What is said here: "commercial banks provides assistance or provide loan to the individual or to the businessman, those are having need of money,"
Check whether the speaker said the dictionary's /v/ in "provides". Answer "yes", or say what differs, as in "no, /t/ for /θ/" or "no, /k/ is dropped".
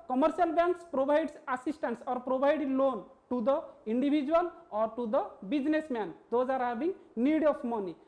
no, /b/ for /v/